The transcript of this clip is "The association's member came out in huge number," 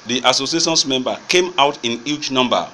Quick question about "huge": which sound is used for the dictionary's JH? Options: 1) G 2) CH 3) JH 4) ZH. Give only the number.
2